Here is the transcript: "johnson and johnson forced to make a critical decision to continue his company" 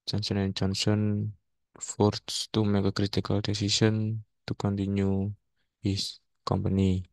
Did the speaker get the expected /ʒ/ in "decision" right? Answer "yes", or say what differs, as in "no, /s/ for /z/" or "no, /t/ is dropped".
no, /s/ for /ʒ/